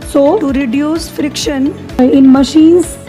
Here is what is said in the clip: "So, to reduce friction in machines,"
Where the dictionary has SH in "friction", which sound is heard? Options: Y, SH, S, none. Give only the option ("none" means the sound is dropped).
SH